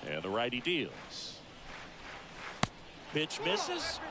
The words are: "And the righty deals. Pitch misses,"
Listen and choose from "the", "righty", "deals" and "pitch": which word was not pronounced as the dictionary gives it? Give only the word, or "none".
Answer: pitch